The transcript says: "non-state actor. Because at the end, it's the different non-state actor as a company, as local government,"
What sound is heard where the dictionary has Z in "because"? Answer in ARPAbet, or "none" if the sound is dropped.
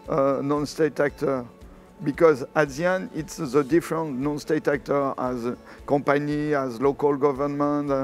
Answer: Z